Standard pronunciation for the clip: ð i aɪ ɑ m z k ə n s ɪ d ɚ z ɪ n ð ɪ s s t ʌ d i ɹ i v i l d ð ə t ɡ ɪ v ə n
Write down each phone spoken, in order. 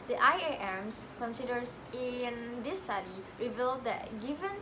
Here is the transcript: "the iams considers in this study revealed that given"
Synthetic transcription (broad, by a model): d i aɪ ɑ m s k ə n s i d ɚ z ɪ n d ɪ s s t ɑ d i ɹ i v i l d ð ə t ɡ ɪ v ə n